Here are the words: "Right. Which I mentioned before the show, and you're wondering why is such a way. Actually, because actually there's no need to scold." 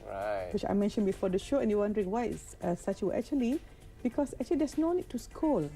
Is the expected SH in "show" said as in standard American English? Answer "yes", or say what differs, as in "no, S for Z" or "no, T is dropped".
yes